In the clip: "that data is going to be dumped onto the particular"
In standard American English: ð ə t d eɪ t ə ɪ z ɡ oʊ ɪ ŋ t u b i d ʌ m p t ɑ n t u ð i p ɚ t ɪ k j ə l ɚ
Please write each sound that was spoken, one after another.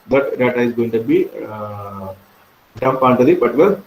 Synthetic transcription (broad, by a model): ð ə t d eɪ t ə ɪ z ɡ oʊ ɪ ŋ t u b i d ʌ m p ɑ n t u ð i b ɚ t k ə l